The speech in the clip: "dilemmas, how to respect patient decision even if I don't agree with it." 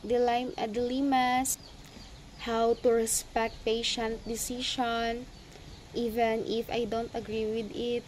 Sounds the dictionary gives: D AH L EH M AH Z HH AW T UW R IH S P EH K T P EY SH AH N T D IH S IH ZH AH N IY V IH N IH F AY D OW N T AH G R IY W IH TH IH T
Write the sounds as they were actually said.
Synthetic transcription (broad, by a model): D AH L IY M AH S HH AW T UW R IH S P EH K T P EY SH AH N T D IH S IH SH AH N IY V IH N IH F AY D OW N T AH G R IY W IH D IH T